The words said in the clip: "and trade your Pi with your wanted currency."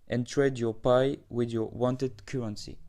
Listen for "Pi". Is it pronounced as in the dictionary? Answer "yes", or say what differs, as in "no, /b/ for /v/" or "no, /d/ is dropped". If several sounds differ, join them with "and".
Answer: yes